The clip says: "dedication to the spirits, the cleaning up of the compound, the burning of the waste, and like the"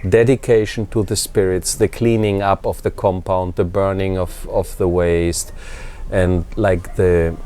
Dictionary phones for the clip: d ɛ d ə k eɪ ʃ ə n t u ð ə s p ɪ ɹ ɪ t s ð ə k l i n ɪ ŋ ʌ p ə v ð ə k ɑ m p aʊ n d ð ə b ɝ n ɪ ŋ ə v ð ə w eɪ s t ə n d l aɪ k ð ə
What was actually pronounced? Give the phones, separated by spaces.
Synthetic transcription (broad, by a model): d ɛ d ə k eɪ ʃ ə n t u ð ə s p ɪ ɹ ɪ t s ð ə k l i n ɪ ŋ ʌ p ə v ð ə k ɑ m p aʊ n d ð ə b ɝ n ɪ ŋ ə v ð ə w eɪ s t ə n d l aɪ k ð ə